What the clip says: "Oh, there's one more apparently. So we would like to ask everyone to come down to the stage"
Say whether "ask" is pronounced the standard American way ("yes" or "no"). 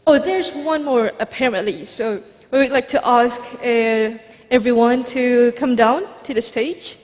yes